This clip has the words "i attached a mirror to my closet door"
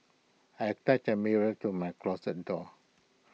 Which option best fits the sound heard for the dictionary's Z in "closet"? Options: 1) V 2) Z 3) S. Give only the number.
3